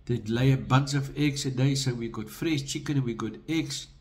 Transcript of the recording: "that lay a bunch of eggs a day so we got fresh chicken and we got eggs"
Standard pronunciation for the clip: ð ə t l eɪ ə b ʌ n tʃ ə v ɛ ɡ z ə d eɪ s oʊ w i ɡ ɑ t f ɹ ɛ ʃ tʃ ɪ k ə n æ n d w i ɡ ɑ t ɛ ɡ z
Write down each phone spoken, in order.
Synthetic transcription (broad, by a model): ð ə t l eɪ ə b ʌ n s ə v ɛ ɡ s ə d eɪ s oʊ w i ɡ ɑ t f ɹ ɛ ʃ tʃ ɪ k ə n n w i ɡ ɑ t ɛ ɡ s